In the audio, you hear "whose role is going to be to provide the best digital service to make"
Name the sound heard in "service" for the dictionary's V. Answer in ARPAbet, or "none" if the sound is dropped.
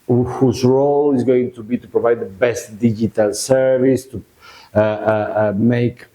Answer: V